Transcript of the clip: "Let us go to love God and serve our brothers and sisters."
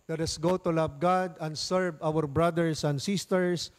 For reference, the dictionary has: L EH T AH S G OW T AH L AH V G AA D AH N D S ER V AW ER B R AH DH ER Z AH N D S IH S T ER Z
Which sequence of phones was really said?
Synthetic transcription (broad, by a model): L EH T AH S G OW T AH L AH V G AA D AH N D S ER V AW ER B R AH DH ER S AH N D S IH S T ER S